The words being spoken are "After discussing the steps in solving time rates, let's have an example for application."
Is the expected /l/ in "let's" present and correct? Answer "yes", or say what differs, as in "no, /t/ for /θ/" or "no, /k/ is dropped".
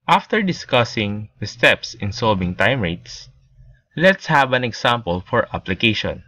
yes